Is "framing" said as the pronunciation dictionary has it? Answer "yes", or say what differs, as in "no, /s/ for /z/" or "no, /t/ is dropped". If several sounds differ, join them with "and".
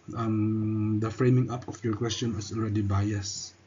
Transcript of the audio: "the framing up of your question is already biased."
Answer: yes